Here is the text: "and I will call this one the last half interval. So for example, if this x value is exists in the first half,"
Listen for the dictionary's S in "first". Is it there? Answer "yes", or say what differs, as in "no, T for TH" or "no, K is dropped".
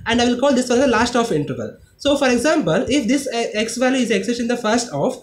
yes